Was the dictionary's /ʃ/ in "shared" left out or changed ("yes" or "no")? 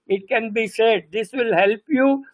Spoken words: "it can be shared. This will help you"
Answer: yes